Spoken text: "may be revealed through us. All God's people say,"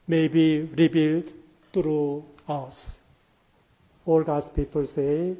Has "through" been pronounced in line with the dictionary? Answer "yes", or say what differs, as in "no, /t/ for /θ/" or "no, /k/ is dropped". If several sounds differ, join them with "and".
no, /t/ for /θ/